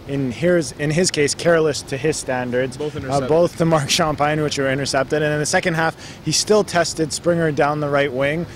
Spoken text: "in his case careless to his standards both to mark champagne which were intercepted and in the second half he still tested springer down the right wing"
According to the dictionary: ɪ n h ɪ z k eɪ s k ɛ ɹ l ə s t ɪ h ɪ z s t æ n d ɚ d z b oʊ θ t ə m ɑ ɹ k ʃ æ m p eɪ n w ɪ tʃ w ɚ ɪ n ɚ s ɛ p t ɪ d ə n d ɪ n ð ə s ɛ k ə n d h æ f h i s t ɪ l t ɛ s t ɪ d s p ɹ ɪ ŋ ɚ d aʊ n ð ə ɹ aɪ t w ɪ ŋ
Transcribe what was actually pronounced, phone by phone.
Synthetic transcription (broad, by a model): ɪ n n ɪ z k eɪ s k ɛ ɹ l ə s t ɪ ɪ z s t æ n d ɚ d z b oʊ θ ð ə m ɑ ɹ k ʃ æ m p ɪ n w ɪ tʃ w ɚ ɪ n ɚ s ɛ p t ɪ d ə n ɪ n ð ə s ɛ k ə n d h æ f h i s t ɪ l t ɛ s t ɪ d s p ɹ ɪ ŋ ɚ d aʊ n ð ə ɹ aɪ t w ɪ ŋ